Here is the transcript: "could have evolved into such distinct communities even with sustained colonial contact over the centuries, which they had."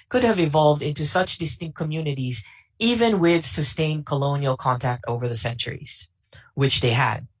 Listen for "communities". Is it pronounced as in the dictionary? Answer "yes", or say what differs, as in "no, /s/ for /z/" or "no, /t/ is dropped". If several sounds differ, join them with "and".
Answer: yes